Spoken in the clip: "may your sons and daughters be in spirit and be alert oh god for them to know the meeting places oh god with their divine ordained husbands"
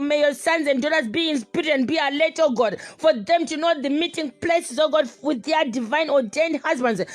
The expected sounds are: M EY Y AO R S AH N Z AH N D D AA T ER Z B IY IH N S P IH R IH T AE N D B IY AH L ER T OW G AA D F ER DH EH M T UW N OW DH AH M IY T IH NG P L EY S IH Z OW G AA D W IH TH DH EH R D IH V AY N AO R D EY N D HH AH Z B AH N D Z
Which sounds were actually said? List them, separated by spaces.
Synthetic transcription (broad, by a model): M EY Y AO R S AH N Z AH N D D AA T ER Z B IY IH N S P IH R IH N B IY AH L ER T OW G AA D F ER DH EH M T UW N OW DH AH M IY T IH NG P L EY S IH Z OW G AA D W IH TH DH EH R D IH V AY N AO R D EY N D HH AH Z B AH N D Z